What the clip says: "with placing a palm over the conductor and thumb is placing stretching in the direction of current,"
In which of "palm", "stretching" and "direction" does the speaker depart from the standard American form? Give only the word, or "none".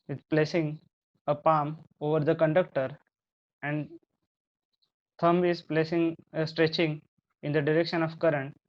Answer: none